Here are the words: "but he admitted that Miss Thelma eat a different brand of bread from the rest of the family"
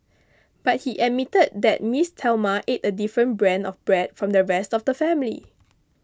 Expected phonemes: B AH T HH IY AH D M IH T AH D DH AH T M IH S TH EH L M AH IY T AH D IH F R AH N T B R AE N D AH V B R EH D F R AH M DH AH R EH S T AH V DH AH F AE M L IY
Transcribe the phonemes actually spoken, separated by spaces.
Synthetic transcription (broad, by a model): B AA T HH IY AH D M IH T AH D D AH T M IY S T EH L M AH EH T AH D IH F R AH N B R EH N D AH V B R EH D F R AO M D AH R EH S T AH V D AH F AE M L IY